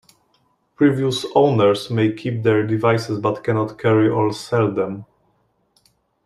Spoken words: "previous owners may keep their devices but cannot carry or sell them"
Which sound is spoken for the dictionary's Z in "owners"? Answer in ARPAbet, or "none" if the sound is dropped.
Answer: S